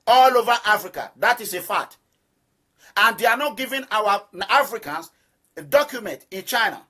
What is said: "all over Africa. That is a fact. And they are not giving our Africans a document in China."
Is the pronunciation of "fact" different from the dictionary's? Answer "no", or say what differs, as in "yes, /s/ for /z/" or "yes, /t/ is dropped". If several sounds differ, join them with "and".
yes, /k/ is dropped